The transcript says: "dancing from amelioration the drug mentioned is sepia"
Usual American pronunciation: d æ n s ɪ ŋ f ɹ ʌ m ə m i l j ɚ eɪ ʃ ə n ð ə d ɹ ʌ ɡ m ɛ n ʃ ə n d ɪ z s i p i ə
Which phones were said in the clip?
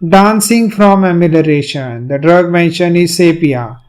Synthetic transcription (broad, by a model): d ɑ n s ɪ ŋ f ɹ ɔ m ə m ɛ l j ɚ eɪ ʃ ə n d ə d ɹ ʌ ɡ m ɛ n ʃ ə n ɪ z s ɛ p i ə